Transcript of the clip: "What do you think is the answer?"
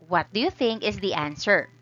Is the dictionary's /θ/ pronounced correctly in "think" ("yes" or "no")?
yes